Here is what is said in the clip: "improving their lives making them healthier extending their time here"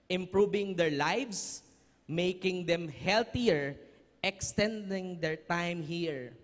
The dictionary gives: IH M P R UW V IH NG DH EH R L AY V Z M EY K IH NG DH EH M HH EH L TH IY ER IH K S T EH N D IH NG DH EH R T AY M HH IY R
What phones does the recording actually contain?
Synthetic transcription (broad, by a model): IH M P R UW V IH NG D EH R L AY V S M EY K IH NG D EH M HH EH L T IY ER IH K S T EH N D IH NG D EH R T AY M HH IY R